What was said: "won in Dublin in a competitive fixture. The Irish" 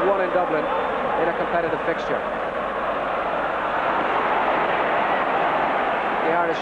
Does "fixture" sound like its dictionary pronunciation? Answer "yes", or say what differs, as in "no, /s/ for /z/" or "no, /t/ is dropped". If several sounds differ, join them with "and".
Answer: yes